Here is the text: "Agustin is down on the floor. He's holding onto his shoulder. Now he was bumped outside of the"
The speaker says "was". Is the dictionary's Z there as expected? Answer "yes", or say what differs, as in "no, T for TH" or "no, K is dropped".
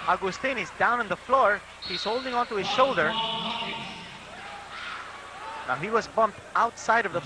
yes